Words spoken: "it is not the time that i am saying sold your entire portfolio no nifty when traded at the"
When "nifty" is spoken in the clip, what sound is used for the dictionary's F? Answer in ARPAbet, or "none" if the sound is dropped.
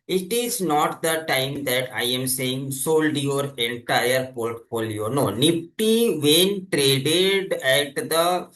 P